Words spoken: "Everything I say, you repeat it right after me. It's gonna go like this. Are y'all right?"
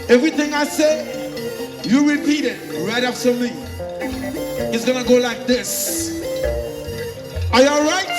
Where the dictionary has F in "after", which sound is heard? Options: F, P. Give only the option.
P